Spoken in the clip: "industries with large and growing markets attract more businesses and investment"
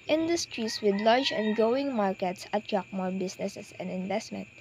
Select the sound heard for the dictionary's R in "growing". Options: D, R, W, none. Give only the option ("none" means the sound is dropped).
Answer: none